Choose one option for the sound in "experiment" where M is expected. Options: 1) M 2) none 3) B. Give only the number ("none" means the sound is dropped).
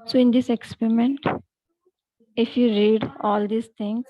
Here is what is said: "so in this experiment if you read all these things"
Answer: 1